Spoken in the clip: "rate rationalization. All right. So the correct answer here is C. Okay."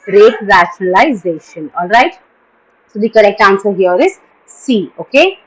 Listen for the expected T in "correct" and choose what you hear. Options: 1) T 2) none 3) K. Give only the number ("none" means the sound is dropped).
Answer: 1